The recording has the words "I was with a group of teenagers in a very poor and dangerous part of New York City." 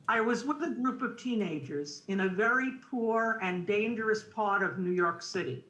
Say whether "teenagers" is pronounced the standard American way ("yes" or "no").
yes